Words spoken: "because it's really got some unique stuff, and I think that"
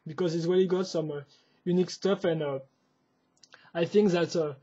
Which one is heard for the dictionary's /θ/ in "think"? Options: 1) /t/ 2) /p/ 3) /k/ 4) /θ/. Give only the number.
4